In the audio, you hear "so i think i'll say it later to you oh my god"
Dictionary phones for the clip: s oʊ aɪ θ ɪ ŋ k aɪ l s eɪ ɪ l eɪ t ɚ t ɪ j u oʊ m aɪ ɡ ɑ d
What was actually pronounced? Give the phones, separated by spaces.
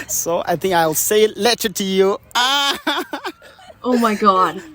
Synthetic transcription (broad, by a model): s oʊ aɪ θ ɪ ŋ k aɪ l s eɪ ɪ l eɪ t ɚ t ɪ j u oʊ m aɪ ɡ ɑ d